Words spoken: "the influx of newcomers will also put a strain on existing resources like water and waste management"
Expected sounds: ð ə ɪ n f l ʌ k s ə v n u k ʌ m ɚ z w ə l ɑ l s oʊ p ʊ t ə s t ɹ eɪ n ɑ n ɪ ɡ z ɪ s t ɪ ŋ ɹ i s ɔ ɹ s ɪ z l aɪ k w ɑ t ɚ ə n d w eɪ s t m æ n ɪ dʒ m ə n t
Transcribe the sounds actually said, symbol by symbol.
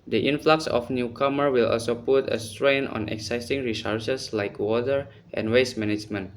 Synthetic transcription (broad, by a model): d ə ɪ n f l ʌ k s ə f n u k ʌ m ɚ w ə l ɑ l s oʊ p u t ə s t ɹ eɪ n ɑ n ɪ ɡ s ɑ s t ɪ ŋ ɹ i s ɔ ɹ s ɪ s l aɪ k w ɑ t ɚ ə n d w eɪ s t m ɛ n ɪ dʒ m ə n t